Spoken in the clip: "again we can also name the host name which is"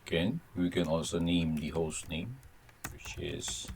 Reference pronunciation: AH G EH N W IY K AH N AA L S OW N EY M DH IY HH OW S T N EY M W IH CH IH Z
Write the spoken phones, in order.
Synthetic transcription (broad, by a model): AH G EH N W IY K AH N AA L S OW N EY M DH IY HH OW S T N EY M W IH CH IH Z